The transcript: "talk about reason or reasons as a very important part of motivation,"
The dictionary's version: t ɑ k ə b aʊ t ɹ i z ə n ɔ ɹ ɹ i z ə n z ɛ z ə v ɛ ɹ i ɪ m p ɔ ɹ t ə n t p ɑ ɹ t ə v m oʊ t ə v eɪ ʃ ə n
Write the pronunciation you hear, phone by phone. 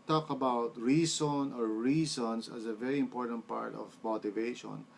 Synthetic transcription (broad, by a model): t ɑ k ə b aʊ t ɹ i s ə n ɔ ɹ ɹ i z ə n s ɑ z ə v ɛ ɹ i ɪ m p ɔ ɹ t ə n t p ɑ ɹ t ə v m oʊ t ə v eɪ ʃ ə n